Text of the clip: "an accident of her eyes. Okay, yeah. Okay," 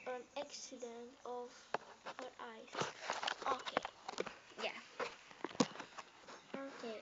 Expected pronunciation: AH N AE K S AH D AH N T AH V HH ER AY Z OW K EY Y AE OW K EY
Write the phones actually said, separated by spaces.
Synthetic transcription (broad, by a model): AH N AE K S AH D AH N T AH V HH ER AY S OW K EY Y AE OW K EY